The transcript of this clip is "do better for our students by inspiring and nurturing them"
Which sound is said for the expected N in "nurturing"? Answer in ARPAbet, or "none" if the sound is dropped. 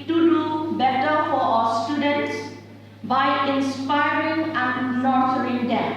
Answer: L